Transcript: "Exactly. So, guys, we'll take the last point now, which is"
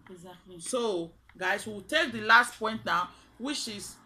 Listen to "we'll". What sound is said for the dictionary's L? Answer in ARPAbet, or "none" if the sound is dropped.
W